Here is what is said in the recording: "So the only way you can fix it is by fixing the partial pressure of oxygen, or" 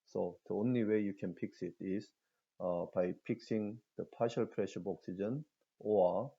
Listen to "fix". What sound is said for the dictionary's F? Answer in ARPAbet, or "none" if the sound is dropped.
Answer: P